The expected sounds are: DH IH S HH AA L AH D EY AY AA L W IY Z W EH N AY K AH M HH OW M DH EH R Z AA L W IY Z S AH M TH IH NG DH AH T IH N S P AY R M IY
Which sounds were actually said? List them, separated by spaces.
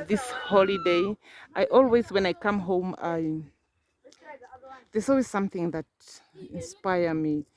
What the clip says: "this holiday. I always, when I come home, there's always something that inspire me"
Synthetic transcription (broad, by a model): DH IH S HH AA L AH D EY AY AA L W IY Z W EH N AY K AH M HH OW M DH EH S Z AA L W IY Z S AH M TH IH NG DH AH T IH N S P AY R M IY